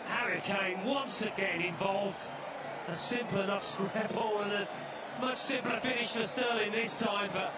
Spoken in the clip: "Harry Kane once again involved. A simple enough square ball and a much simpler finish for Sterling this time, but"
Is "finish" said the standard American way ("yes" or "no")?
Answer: yes